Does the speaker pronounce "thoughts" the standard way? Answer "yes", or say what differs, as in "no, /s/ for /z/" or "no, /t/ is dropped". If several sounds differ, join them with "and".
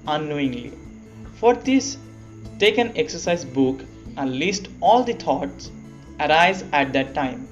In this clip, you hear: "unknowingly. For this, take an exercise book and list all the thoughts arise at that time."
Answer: no, /t/ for /θ/